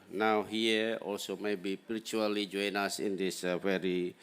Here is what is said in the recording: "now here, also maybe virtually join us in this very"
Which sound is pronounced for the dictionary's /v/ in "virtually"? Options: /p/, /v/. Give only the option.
/p/